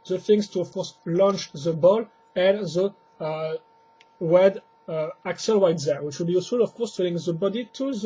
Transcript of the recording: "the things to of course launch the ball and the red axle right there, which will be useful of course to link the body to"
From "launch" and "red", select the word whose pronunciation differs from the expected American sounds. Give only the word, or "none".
red